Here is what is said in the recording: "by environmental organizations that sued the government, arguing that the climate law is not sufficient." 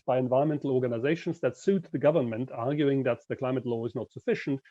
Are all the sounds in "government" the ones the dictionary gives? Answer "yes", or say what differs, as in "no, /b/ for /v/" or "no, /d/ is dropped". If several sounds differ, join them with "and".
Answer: yes